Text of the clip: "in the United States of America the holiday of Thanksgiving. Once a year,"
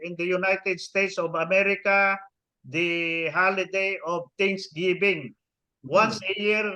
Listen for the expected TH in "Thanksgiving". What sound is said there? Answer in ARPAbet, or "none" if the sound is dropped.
T